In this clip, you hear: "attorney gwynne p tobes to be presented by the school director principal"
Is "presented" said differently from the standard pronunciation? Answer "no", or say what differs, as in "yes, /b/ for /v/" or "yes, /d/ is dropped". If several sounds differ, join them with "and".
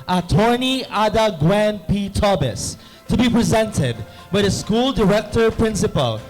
no